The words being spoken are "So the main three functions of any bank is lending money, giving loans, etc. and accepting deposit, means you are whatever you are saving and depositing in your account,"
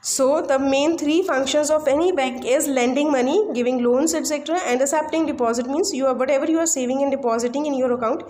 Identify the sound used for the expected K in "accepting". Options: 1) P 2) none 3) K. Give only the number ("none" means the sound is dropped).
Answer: 2